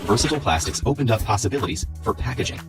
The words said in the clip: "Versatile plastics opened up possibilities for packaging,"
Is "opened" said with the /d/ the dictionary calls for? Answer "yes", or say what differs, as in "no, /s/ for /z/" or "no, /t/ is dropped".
yes